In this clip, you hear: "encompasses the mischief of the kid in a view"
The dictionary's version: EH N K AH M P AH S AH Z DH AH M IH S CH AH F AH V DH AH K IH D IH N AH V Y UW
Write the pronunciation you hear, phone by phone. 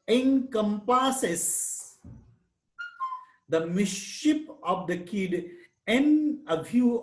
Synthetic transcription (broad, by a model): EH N K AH M P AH S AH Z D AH M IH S SH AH P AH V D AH K IH D IH N AH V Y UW